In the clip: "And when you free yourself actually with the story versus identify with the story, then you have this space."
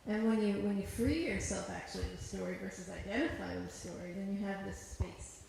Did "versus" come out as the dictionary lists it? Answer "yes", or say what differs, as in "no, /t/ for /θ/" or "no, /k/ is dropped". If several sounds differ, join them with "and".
yes